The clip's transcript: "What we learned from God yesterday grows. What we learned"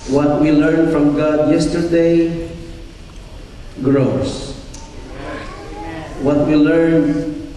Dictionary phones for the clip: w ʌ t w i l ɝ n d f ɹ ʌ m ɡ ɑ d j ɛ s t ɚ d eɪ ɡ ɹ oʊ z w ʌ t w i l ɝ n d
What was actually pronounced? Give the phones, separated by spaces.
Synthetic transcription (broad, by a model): w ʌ t w i l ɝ n f ɹ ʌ m ɡ ɑ d j ɛ s t ɚ d eɪ ɡ ɹ oʊ s w ʌ t w i l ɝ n